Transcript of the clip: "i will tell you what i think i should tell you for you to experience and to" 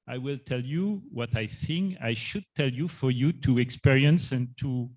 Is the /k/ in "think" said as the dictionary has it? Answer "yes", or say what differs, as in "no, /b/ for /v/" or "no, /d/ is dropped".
no, /k/ is dropped